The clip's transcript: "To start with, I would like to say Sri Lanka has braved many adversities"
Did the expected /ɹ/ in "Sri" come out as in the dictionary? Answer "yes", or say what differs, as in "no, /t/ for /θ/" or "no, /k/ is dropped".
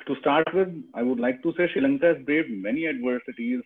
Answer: no, /ɹ/ is dropped